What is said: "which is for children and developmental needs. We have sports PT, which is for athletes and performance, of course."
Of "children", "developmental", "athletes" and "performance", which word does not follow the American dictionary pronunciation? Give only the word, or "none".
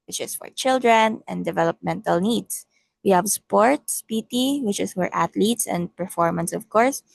athletes